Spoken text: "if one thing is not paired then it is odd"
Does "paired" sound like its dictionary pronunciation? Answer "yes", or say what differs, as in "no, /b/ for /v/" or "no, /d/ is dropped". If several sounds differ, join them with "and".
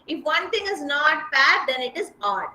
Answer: no, /b/ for /p/